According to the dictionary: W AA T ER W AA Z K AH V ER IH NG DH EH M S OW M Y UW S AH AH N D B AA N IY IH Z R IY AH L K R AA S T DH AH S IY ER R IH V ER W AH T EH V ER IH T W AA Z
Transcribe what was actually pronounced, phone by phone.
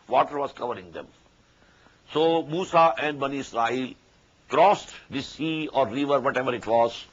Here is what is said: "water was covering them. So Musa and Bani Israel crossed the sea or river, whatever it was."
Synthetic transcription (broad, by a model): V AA T ER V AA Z K AH V ER IH NG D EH M S OW M UW S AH AH N D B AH N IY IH S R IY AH L K R AA S T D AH S IY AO R IH V ER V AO T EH V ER IH T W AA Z